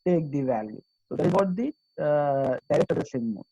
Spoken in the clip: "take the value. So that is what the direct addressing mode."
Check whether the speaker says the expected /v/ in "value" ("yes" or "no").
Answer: yes